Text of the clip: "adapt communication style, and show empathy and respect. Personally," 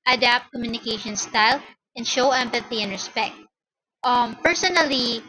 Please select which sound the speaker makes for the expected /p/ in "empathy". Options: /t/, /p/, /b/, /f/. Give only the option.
/p/